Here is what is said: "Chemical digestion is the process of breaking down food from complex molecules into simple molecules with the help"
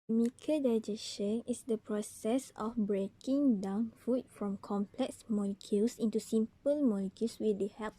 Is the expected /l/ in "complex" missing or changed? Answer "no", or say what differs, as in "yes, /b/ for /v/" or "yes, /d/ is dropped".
no